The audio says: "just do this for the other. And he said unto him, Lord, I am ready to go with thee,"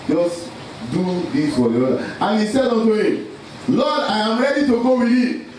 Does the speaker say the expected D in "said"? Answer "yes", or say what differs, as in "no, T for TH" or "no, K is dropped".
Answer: yes